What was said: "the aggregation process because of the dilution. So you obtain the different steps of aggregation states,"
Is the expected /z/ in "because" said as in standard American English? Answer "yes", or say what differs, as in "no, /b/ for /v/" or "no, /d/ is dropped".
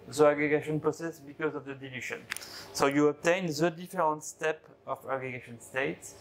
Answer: yes